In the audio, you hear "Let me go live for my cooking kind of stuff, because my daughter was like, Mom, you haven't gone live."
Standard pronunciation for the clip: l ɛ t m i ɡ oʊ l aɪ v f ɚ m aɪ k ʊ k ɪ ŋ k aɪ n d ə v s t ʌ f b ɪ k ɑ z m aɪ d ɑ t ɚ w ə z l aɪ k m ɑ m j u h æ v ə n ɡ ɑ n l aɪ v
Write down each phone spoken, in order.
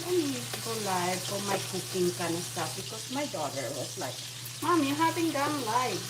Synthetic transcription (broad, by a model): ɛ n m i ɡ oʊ l aɪ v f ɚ m aɪ k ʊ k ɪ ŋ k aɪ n ə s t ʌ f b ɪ k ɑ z m aɪ d ɑ t ɚ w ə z l aɪ k m ɑ m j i h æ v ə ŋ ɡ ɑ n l aɪ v